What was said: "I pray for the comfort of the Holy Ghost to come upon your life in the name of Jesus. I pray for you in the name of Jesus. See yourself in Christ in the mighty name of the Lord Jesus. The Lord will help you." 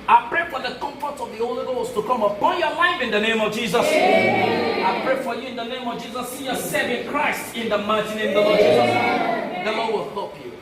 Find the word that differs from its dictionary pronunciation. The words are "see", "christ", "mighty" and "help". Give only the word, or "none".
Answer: help